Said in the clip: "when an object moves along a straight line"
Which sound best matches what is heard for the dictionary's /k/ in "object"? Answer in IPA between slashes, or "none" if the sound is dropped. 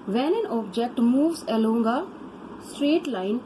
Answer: /k/